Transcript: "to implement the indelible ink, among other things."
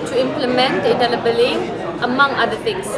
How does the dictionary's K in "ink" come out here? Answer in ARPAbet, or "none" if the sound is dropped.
none